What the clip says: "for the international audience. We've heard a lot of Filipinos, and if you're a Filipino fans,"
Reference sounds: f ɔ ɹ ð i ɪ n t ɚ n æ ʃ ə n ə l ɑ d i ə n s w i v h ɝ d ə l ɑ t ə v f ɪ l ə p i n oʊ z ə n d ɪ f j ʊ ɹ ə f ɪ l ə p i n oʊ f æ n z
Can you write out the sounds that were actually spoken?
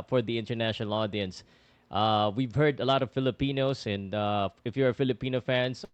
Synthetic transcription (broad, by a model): f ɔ ɹ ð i ɪ n t ɚ n æ ʃ ə n ə l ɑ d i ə n s w i v h ɝ d ə l ɑ t ə v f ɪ l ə p i n oʊ s ə n d ɪ f j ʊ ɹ ə f ɪ l ə p i n oʊ f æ n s